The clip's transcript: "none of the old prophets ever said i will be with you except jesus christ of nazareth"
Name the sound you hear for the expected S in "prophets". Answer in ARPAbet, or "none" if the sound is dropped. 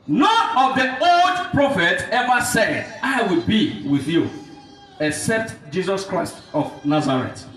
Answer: none